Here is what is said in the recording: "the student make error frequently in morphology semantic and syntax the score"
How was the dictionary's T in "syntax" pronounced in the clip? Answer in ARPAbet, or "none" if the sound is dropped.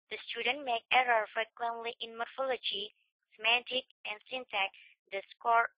S